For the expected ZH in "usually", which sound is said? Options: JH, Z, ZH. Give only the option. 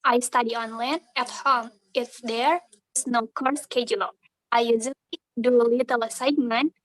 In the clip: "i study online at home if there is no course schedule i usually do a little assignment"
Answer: Z